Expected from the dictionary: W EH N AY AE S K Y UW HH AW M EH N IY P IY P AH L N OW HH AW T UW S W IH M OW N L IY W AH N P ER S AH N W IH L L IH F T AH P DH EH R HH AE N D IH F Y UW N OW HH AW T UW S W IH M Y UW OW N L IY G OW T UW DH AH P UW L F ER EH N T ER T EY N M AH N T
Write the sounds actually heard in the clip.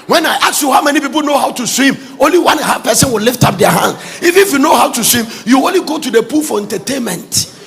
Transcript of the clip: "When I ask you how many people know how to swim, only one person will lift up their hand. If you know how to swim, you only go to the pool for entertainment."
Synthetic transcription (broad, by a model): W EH N AY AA K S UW HH AW M EH N IY P IY P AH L N OW HH AW T UW S W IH M OW N L IY W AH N P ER S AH N W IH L L IH F T AH P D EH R HH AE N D IH F Y UW N OW HH AW T UW S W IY M Y UW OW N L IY G OW T UW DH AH P UW L F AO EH N T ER T EY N M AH N T